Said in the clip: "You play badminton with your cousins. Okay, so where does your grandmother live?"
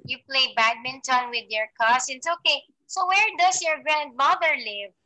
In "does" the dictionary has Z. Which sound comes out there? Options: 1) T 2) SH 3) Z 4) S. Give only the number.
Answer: 4